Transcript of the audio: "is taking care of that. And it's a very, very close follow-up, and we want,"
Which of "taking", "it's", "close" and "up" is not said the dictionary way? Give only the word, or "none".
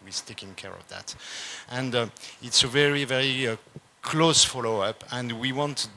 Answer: none